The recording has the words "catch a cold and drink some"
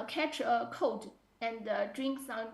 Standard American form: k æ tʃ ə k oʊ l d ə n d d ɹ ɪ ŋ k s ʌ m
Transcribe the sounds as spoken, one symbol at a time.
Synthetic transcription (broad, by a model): k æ tʃ ə k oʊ d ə n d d ɹ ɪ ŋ k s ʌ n